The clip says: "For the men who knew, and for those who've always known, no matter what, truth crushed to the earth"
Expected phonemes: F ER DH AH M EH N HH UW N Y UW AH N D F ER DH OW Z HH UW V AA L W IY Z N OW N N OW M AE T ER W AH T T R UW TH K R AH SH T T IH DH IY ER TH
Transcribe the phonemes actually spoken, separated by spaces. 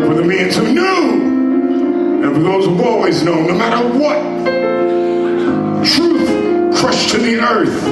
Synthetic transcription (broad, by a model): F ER DH AH M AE N HH UW N Y UW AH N F ER DH OW Z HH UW AA L W IY Z N OW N N OW M AE T ER W AH T T R UW TH K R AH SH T T IH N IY ER TH